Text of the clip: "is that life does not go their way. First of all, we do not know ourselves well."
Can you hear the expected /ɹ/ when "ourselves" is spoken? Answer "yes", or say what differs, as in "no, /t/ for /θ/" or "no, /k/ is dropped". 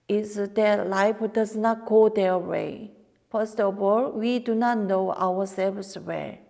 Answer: no, /w/ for /ɹ/